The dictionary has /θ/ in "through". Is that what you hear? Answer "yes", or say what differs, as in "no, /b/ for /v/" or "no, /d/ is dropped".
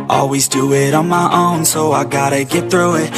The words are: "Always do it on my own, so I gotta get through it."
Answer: yes